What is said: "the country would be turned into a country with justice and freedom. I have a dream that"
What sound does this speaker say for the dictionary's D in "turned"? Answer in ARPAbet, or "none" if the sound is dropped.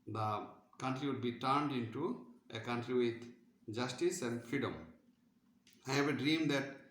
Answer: D